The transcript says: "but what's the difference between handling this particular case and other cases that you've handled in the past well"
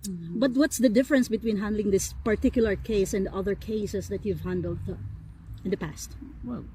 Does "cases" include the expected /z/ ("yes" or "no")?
no